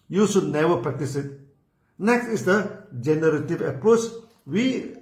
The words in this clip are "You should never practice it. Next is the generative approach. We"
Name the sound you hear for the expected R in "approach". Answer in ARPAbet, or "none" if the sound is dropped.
R